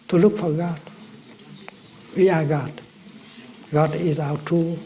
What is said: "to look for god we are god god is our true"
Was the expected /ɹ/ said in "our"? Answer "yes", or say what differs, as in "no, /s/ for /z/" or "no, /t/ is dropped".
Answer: no, /w/ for /ɹ/